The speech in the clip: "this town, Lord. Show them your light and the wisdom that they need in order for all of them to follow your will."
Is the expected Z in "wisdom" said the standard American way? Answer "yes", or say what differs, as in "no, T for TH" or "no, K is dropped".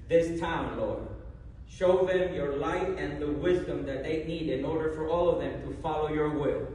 yes